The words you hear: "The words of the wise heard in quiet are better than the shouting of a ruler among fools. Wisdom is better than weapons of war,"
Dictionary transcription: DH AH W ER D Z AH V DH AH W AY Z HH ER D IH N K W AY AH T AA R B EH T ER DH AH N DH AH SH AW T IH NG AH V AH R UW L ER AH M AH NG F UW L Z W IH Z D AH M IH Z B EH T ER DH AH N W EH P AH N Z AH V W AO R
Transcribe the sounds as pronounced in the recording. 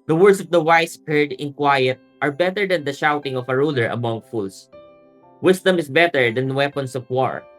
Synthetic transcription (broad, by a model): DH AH W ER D S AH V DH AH W AY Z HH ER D IH N K W AY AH T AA R B EH T ER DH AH N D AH SH AW T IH NG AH W AH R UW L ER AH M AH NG F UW L S W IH S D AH M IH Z B EH T ER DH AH N W EH P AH N S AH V W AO R